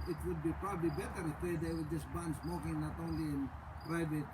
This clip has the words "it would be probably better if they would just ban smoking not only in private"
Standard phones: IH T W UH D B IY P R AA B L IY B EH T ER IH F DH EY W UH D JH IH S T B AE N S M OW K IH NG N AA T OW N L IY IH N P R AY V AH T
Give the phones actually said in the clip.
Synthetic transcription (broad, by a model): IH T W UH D B IY P R AA B L IY B EH T ER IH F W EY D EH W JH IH S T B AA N S M OW K IH NG N AA T OW N L IY IH N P R AY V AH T